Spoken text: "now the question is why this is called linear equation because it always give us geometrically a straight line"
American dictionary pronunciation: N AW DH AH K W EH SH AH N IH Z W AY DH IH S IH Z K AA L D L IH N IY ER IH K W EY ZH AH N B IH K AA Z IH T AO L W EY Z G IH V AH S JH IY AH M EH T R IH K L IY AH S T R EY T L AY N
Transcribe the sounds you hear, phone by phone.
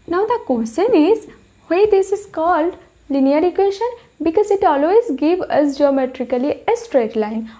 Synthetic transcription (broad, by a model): N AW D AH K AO S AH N IH Z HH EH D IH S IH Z K AA L D L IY N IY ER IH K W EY SH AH N B IH K AA Z IH T AO L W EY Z G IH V AH S JH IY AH M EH T R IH K L IY AH S T R EY T L AY N